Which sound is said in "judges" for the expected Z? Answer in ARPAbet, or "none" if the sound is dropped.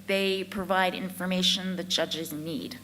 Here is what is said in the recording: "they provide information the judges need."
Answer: Z